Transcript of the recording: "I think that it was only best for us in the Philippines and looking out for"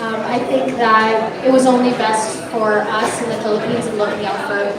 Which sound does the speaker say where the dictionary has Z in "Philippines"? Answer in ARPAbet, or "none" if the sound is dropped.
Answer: Z